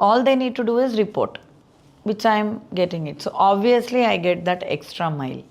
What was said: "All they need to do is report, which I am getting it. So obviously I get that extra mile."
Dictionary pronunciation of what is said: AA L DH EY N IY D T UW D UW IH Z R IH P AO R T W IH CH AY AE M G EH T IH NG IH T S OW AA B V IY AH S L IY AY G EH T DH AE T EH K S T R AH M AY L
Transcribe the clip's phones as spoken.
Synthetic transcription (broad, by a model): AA L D EY N IY D T UW D UW IH Z R IH P AO R T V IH CH AY M G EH T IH NG IH T S OW AA B V IY AH S L IY AY G EH T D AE T EH K S T R AH M AY L